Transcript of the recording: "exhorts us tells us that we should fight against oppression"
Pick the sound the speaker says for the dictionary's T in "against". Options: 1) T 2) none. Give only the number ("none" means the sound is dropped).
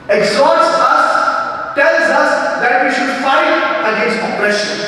2